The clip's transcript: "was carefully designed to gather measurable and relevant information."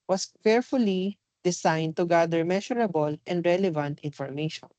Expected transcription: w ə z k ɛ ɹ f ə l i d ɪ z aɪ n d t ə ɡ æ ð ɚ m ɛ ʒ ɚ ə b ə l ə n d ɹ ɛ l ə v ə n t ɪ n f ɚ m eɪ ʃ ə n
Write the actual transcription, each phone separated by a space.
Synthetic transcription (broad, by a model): w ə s k ɛ ɹ f ə l i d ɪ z aɪ n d t ə ɡ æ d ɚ m ɛ ʃ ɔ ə b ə l ə n d ɹ ɛ l ə v ə n t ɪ n f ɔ m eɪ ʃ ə n